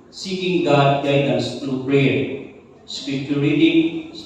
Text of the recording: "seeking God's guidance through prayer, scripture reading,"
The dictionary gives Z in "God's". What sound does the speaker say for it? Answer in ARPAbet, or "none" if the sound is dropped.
none